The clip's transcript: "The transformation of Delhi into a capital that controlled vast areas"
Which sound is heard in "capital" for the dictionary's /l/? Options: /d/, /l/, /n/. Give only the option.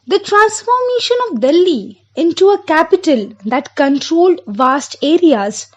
/l/